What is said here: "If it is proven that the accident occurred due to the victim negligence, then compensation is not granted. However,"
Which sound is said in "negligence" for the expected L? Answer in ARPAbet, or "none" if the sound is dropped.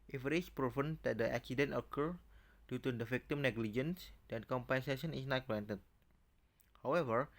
L